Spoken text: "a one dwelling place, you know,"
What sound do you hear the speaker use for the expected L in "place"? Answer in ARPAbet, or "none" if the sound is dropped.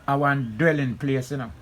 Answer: L